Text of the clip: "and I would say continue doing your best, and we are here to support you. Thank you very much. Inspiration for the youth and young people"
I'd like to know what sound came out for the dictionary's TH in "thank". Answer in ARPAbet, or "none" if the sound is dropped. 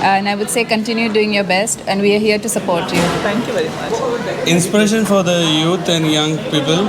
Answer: T